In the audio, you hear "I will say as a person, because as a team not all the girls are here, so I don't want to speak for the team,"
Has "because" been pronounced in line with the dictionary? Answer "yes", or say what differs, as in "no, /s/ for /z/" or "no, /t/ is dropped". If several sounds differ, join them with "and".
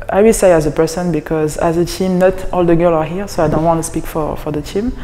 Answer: yes